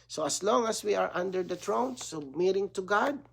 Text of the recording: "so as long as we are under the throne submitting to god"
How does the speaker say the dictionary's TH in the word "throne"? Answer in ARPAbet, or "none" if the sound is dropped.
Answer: T